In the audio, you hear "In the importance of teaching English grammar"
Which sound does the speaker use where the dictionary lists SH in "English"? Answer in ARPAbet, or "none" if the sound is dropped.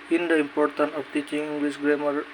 S